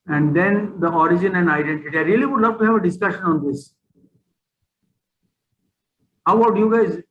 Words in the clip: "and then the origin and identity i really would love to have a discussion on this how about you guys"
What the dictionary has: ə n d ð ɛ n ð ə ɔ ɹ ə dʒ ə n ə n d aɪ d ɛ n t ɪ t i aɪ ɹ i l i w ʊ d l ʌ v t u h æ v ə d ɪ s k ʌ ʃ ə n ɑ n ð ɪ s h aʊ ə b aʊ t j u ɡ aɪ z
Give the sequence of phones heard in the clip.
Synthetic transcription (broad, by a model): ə n d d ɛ n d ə ɔ ɹ ə dʒ ə n ə n d aɪ d ɛ n t ɪ t i aɪ ɹ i l i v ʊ d l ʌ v t u h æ v ə d ɪ s k ʌ ʃ ə n ɑ n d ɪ s h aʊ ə aʊ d j u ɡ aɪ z